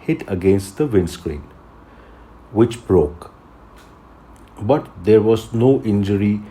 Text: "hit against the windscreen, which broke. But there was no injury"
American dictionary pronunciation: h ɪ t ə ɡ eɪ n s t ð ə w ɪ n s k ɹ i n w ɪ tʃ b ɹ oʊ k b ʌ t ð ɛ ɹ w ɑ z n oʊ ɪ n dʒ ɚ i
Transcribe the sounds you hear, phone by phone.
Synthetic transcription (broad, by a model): h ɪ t ə ɡ eɪ n s t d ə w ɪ n s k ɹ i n w ɪ tʃ b ɹ oʊ k b ʌ t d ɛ ɹ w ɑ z n oʊ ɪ n dʒ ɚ i